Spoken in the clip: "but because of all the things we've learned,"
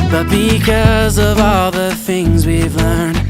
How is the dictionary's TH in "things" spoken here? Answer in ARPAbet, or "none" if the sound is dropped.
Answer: TH